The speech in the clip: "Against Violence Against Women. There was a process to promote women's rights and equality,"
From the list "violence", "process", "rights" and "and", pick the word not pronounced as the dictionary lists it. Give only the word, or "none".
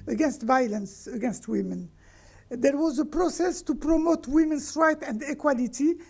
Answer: rights